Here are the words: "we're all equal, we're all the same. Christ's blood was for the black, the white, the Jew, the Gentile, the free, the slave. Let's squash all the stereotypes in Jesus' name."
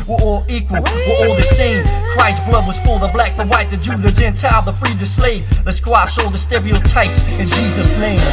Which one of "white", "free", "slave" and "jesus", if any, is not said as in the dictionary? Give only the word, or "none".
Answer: none